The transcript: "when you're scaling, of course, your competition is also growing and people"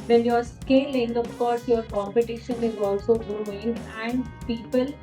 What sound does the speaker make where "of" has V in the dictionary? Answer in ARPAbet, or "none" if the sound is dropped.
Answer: P